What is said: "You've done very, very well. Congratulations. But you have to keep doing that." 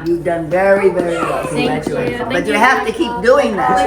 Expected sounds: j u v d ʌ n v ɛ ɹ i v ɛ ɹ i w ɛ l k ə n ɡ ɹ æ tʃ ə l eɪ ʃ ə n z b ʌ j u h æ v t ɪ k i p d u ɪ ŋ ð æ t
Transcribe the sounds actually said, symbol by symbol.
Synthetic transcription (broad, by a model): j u v d ʌ n v ɛ ɹ i v ɛ ɹ i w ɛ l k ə ɡ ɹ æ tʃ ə eɪ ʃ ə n b ʌ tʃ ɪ h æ f t ɪ k i p d u ɪ ŋ ð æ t